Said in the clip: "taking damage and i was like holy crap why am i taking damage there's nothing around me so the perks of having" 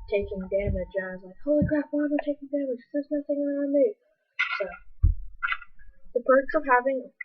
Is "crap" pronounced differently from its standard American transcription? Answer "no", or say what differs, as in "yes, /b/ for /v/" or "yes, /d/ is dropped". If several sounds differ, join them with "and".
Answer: yes, /f/ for /p/